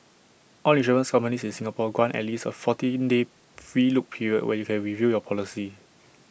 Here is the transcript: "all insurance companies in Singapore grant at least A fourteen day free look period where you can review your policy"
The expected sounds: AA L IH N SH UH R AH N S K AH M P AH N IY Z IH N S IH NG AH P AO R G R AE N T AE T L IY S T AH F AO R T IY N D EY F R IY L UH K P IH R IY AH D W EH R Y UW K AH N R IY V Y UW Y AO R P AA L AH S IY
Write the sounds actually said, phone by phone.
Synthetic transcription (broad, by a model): AA L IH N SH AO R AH N S K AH M P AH N IY S IH N S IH NG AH P AO G W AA N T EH T L IY S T AH F AO T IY N D EY F R IY L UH K P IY R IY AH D W EH Y UW K AH N R IY V UW Y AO P AA L AH S IY